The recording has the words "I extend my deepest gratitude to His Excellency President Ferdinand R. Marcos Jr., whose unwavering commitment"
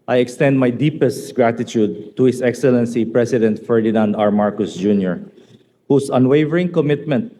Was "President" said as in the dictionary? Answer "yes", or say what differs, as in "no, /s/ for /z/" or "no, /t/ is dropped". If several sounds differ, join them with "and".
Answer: no, /s/ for /z/